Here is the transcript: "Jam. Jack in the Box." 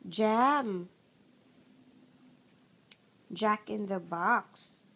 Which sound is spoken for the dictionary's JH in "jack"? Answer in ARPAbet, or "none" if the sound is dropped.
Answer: JH